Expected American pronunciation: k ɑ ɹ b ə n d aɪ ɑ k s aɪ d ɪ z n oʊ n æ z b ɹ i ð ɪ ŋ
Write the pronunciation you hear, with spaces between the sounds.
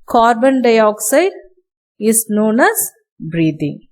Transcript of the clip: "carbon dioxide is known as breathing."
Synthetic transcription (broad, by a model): k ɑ ɹ b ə n d aɪ ɑ k s aɪ d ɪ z n oʊ n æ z b ɹ i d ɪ ŋ